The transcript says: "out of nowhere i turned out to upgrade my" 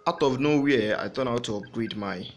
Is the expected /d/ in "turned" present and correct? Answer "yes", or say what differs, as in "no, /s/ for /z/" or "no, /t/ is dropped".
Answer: no, /d/ is dropped